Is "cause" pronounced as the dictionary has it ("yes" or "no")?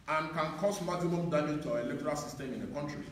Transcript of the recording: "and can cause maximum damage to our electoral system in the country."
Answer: no